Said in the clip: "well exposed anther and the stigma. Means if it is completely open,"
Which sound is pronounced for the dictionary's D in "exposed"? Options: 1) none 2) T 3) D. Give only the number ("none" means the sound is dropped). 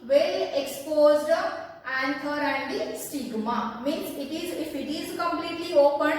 3